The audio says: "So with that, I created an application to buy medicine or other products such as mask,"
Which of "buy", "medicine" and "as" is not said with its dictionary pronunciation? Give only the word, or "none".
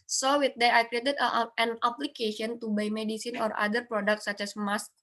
as